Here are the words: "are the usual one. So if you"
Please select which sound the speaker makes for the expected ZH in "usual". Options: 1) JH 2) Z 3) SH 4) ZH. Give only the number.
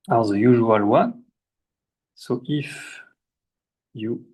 4